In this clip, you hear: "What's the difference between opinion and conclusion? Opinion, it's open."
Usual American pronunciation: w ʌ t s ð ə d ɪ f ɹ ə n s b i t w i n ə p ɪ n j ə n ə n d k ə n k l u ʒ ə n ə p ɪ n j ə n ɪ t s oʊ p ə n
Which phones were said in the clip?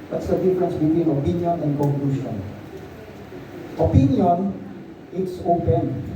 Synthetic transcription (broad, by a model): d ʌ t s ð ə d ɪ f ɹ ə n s b i t w i n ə p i n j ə n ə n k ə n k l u ʃ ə n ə p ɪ n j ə n ɪ t s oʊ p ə n